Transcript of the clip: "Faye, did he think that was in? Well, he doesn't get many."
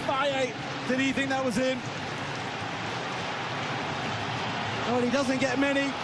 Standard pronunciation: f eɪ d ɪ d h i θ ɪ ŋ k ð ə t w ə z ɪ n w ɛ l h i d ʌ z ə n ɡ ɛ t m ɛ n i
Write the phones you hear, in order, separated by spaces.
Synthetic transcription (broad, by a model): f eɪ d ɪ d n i θ ɪ ŋ k ð ə t w ə z ɪ n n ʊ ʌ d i d ʌ z ə n ɡ ɛ t m ɛ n i